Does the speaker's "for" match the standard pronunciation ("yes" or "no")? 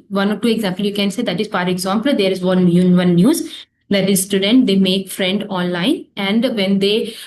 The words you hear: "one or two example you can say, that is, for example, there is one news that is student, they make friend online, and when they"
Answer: no